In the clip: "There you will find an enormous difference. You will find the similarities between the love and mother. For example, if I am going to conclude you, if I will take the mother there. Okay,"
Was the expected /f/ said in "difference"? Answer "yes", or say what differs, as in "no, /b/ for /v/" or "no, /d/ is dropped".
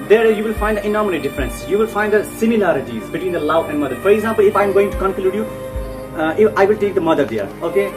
yes